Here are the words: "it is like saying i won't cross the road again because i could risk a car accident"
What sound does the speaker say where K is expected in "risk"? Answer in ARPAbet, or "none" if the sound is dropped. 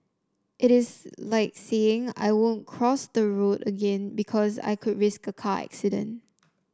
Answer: K